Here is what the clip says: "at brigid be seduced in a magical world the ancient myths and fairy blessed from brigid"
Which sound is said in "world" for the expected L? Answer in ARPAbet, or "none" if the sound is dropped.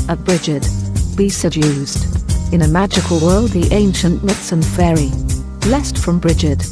L